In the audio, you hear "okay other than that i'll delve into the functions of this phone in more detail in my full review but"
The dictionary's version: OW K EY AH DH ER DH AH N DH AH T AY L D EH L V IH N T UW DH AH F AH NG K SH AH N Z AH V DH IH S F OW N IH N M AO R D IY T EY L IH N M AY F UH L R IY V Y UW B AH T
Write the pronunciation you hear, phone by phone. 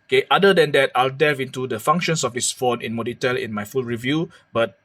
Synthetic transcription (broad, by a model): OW K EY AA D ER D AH N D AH T AY L D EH V IH N T UW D AH F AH NG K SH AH N S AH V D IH S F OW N IH N M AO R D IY T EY L IH N M AY F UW L R IY V Y UW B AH T